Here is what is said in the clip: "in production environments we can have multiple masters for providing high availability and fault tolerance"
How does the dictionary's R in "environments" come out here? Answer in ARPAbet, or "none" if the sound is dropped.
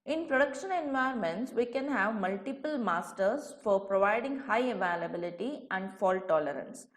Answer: none